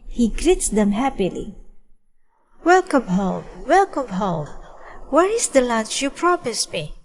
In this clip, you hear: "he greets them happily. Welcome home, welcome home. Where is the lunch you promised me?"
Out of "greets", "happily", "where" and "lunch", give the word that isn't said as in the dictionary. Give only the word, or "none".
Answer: lunch